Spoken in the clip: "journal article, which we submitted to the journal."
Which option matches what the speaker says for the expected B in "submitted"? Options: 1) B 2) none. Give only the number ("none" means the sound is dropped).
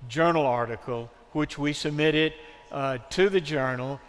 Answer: 1